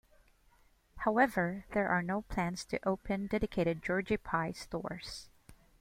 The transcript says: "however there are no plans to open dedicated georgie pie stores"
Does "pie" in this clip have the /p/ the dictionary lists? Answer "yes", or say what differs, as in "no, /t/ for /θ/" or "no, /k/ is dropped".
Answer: yes